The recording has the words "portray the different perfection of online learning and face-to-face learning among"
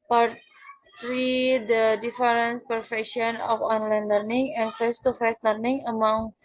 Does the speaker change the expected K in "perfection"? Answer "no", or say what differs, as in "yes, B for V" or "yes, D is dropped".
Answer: no